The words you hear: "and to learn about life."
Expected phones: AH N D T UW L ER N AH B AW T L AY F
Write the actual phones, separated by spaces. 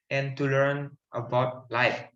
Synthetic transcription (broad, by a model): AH N T UW L ER N AH B AW T L AY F